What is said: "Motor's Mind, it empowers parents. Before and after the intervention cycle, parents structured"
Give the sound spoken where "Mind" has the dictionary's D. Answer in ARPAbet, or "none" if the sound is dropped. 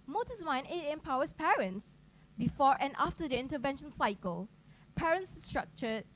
none